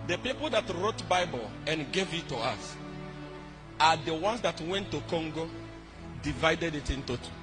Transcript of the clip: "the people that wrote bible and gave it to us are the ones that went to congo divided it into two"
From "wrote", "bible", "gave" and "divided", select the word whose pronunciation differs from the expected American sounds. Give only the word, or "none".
none